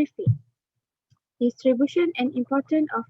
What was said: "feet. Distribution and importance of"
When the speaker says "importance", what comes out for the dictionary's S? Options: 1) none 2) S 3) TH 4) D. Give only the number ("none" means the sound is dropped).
1